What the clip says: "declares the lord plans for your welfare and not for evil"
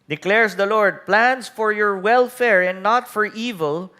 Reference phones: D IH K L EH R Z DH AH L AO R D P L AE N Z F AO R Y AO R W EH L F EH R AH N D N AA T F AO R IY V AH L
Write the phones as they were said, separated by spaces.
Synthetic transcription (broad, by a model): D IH K L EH R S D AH L AO R D P L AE N S F AO R Y AO R W EH L F EH R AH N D N AA T F AO R IY V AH L